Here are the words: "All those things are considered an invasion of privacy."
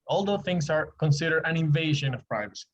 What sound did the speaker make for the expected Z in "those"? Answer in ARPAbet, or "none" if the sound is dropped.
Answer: none